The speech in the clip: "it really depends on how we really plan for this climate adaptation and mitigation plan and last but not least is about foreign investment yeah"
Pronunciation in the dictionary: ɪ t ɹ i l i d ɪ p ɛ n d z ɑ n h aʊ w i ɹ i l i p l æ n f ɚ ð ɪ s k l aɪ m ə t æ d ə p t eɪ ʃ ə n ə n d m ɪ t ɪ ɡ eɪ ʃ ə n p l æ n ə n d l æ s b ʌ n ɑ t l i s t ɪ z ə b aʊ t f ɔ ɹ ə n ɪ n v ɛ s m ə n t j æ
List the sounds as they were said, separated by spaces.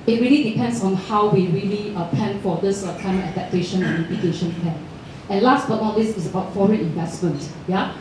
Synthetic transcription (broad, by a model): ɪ t ɹ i l i d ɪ p ɛ n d s ɑ n h aʊ w i ɹ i l i p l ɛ n f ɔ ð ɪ s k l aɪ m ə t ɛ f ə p t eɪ ʃ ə n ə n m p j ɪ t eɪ ʃ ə n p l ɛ n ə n l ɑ s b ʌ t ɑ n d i s ɪ s ə b aʊ t f ɔ ɹ ə n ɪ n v ɛ s m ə n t j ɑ